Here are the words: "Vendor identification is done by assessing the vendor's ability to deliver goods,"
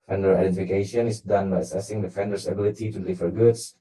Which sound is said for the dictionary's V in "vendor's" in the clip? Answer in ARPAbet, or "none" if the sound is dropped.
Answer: F